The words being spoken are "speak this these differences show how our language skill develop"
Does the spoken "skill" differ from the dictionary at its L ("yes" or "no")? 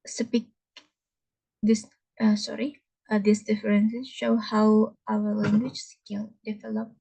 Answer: yes